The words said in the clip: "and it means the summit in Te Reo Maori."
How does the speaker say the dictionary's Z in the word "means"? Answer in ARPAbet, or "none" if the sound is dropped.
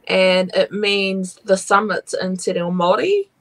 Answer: Z